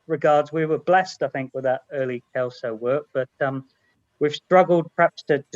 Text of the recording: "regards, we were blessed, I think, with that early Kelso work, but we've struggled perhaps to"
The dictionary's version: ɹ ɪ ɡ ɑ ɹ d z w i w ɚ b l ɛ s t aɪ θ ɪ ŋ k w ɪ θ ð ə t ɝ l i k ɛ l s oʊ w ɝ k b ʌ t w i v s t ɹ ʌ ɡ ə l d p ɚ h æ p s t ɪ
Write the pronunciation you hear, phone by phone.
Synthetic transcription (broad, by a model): ɹ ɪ ɡ ɑ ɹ d z w i w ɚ b l ɛ s t aɪ θ ɪ ŋ k w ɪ ð ə t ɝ l i k ɛ l s oʊ w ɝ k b ʌ t w i v s t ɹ ʌ ɡ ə l d p ɚ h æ p s t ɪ